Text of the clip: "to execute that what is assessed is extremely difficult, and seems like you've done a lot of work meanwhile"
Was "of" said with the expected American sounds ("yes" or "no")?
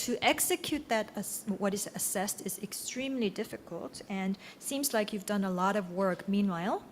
yes